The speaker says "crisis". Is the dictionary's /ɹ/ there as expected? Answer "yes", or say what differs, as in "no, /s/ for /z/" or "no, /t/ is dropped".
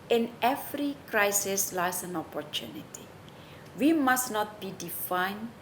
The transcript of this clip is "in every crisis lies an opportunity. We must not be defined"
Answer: yes